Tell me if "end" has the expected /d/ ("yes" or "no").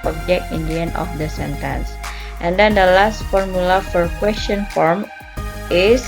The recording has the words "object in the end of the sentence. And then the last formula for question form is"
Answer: no